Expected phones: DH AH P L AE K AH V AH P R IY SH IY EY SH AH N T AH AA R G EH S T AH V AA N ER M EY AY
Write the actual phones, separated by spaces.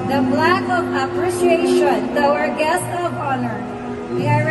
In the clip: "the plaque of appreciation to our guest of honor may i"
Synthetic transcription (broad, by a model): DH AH B L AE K AH V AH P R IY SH IY EY SH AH N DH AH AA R G EH S T AH V AA N ER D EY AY